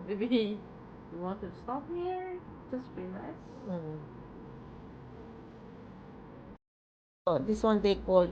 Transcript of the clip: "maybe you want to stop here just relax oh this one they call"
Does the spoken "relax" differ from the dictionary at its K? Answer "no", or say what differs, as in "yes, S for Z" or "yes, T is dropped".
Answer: yes, K is dropped